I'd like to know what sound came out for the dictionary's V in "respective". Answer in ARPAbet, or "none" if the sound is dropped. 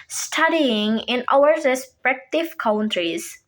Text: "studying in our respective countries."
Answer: F